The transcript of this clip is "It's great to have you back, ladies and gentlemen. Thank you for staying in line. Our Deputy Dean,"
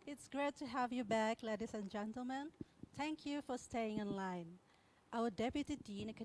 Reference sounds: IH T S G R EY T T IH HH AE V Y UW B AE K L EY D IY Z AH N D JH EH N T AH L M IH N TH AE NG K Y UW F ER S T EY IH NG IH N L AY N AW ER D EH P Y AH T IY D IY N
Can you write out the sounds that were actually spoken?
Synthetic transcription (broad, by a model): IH T S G R EY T T IH HH AE V Y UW B AE K L EY D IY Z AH N JH EH N T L M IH N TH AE NG K Y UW F ER S T EY IH NG IH N L AY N AW ER D EH P Y AH T IY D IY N